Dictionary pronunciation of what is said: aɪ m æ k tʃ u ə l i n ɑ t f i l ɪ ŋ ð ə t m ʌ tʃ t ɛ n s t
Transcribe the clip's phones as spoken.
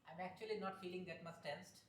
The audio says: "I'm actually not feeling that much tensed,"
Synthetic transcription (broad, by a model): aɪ m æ k tʃ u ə l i n ɑ t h i l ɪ ŋ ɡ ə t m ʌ s t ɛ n s t